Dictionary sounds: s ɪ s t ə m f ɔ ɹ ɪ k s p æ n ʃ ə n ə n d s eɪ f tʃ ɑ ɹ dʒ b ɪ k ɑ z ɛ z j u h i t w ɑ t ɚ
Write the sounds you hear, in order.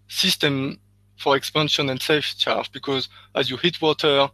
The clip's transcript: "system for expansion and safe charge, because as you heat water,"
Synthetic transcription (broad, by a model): s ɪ s t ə m f ɔ ɹ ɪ k s p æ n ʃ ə n ə n d s eɪ f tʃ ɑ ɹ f b ɪ k ɑ z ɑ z j u h i t w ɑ t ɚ